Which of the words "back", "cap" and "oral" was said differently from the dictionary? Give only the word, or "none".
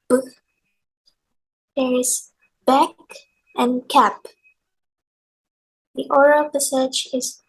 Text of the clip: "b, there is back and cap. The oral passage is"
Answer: none